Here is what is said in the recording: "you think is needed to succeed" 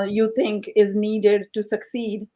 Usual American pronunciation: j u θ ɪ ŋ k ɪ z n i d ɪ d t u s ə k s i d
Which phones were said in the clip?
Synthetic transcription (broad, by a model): j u t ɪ ŋ k ɪ z n i d ɪ d t u s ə k s i d